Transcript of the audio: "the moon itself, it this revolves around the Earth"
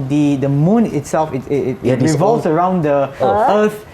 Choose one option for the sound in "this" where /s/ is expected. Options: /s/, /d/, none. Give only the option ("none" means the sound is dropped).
none